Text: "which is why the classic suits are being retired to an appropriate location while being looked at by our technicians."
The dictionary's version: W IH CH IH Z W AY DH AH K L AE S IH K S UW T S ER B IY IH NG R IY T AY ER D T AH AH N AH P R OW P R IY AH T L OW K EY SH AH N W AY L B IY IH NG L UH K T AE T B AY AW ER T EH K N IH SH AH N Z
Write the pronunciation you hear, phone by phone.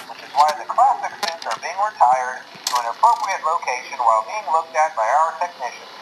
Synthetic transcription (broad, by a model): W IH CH IH Z W AY DH AH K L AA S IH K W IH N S ER B IY IH NG R IY T AY ER D T AH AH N AH P R OW P R IY AH T L OW K EY SH AH N W AY L B IY IH NG L UH K T AE T B AY AW ER T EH K N IH SH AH N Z